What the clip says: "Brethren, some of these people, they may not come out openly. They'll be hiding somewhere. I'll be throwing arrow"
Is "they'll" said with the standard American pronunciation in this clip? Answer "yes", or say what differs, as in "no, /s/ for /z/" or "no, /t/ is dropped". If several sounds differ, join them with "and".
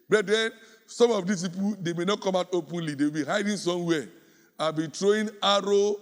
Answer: no, /w/ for /l/